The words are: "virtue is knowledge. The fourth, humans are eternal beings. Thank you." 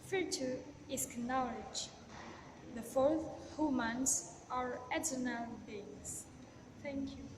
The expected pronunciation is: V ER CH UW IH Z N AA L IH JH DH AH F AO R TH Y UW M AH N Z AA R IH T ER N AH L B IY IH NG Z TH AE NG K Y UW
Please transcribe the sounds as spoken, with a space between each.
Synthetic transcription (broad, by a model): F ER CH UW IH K N AA L IH JH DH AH F AO R TH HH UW M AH N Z AA R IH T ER N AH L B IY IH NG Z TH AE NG K Y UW